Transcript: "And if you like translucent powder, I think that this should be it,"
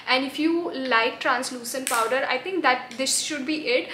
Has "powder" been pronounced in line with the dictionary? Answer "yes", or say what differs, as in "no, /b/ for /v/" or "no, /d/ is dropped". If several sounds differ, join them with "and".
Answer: yes